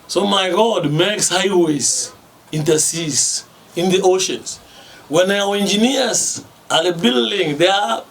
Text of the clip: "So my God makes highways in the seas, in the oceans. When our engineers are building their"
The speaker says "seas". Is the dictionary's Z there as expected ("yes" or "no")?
no